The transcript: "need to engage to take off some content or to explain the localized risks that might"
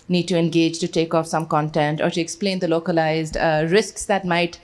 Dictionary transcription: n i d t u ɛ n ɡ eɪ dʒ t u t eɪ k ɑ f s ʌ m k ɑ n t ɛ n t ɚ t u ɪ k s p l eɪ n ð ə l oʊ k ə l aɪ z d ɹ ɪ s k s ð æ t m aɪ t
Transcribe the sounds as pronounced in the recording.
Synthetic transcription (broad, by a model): n i d t u ɛ n ɡ eɪ dʒ t u t eɪ k ɑ f s ʌ m k ɑ n t ɛ n t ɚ t u ɪ k s p l eɪ n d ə l oʊ k ə l aɪ z d ɹ ɪ s k s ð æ t m aɪ t